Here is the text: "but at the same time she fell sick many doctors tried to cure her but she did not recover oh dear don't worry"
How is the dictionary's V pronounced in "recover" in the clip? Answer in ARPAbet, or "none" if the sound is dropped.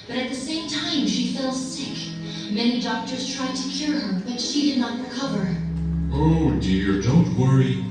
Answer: V